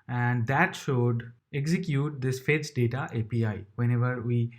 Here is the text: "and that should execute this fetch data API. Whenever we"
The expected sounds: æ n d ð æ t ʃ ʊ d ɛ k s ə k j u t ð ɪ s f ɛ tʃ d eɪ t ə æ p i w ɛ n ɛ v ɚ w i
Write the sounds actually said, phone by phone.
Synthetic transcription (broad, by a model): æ n d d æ t ʃ ʊ d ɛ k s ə k j u t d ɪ s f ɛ s d eɪ t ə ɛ p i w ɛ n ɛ v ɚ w i